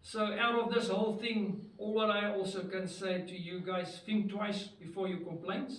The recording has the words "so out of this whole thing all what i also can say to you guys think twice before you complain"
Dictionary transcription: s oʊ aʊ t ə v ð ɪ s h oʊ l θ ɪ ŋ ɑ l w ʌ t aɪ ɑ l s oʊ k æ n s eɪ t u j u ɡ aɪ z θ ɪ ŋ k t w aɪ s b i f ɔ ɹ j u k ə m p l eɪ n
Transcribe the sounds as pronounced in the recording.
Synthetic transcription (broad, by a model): s oʊ aʊ t ə v ð ɪ s h oʊ l θ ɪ ŋ ɑ l w ʌ t aɪ ɑ l s oʊ k æ n s eɪ t u j u ɡ aɪ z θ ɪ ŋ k t w aɪ s b i f ɔ ɹ j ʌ k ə m p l eɪ n